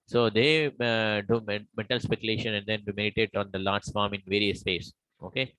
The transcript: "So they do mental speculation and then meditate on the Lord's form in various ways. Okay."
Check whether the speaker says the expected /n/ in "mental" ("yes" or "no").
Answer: no